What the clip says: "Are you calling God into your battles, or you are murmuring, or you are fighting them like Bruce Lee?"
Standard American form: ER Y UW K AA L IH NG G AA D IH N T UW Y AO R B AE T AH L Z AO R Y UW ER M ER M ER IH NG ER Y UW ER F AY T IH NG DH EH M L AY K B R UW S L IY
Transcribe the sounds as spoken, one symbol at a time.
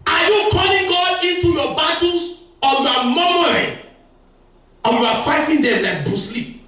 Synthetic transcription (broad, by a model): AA Y UW K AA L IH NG G AA D IH N T UW Y AO B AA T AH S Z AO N Y UW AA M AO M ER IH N Y UW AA F AY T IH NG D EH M L AY K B UW S L IY